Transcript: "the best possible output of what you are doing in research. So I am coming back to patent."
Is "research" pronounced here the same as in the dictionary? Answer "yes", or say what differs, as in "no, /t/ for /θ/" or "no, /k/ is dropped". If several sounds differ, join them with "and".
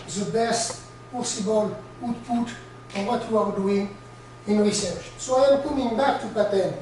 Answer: yes